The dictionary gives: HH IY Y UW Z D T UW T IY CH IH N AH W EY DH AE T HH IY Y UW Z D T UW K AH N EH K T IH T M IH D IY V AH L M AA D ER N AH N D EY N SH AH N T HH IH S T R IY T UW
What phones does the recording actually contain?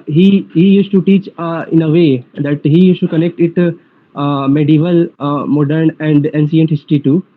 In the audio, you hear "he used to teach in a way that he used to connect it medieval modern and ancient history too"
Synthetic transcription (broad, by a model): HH IY Y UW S T UW T IY CH IH N AH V EY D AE T HH IY Y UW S T UW K AH N EH K T IH T M IH D IY V AH L M AA D ER N AH N D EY N S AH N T HH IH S T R IY T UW